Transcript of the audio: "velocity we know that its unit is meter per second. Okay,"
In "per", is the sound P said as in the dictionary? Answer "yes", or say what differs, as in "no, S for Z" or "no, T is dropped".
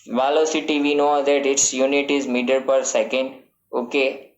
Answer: yes